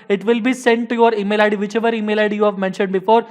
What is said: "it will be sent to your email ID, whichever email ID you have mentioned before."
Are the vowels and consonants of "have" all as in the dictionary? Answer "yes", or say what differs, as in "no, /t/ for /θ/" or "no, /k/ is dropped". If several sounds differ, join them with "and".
yes